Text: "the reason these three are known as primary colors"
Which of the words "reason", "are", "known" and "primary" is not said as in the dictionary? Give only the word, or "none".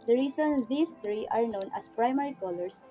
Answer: reason